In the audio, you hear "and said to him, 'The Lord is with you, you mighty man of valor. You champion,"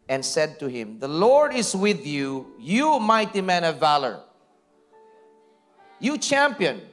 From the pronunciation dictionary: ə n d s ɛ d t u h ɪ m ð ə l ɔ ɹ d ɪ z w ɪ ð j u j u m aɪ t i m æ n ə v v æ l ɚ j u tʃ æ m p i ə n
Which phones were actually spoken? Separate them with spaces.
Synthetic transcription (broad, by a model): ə n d s ɛ d t u h ɪ m ð ə l ɔ ɹ d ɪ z w ɪ ð j u j u m aɪ t i m æ n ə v v æ l ɚ j u tʃ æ m p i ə n